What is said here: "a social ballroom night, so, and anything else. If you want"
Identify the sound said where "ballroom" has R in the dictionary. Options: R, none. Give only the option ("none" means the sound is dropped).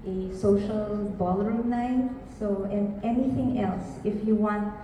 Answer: none